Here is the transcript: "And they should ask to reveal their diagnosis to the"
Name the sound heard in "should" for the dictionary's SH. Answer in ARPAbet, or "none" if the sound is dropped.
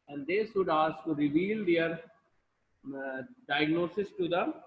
S